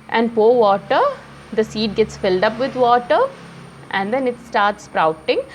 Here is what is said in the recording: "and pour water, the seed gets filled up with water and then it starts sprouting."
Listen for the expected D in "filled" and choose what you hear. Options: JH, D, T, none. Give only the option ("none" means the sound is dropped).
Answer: D